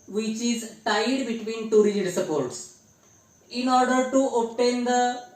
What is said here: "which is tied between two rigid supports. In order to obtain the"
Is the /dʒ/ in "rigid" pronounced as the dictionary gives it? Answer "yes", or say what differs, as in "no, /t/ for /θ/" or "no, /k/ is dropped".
no, /dʒ/ is dropped